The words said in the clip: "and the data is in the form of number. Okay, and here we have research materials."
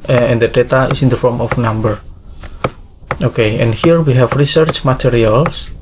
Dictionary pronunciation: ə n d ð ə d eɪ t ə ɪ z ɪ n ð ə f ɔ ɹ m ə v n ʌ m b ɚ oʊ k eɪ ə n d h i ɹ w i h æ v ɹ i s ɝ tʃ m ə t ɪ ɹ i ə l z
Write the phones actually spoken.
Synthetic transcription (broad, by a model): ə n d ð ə d eɪ t ə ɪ s ɪ n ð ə f ɔ ɹ m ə f n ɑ m b ɚ oʊ k eɪ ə n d h i ɹ w i h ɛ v ɹ i s ɝ tʃ m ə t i ɹ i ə l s